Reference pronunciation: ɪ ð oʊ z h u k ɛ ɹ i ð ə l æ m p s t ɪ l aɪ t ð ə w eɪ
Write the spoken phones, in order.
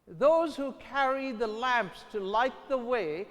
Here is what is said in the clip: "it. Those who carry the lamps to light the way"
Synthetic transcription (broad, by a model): ð oʊ z h u k ɛ ɹ i ð ə l æ m p s t ɪ l aɪ t ð ə w eɪ